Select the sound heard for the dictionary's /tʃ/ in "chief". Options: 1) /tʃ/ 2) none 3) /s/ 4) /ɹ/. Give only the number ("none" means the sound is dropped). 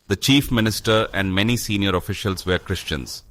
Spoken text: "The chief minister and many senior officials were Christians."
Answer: 1